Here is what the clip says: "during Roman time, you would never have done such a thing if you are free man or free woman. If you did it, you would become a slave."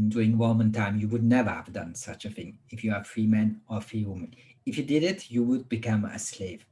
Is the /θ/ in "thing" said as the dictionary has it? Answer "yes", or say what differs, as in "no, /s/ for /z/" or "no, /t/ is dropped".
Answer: yes